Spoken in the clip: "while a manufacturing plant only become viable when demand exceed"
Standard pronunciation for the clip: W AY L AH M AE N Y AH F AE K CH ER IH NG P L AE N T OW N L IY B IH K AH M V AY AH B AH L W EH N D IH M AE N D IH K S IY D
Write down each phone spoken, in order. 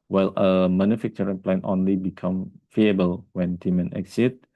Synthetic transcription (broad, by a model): W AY L AH M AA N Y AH F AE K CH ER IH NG P L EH N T OW N L IY B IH K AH M F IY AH B AH L W EH N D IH M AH N IH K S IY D